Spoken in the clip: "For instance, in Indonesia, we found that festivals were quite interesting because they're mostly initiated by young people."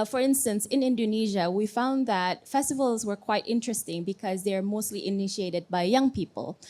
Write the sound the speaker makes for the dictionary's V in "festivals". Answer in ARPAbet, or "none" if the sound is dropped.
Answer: V